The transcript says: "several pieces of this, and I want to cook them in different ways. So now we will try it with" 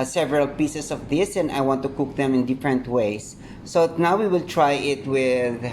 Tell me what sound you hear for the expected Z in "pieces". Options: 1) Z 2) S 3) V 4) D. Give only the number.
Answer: 2